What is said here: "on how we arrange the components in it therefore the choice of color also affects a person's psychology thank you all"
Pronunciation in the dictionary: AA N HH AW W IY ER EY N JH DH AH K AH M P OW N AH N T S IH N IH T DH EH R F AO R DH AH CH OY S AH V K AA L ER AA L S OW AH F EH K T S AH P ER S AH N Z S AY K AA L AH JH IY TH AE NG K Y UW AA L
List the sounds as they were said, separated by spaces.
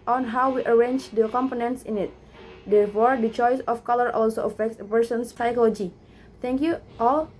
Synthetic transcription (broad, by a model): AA N HH AW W IY ER EY N JH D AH K AH M P OW N AH N T S IH N IH T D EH R F AO R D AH CH OY S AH F K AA L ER AA L S OW AH F EH K T S AH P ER S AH N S S AY K AA L AH JH IY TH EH NG K Y UW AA L